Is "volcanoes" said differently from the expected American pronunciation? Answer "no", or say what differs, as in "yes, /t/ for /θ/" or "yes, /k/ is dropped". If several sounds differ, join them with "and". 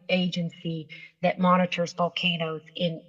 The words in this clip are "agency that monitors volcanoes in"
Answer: yes, /b/ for /v/